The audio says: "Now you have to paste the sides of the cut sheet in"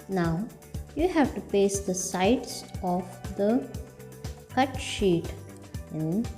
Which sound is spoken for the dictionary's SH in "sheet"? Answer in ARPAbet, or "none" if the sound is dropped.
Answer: SH